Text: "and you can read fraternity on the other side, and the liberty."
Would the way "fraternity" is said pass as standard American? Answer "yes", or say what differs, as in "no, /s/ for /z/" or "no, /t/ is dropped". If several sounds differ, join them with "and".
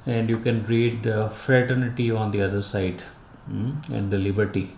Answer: yes